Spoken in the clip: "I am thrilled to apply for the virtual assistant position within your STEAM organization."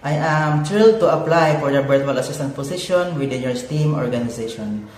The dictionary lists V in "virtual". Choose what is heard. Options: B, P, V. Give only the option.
B